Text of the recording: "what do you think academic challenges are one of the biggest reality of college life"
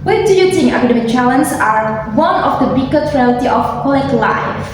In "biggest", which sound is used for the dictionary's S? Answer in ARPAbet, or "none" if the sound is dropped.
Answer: none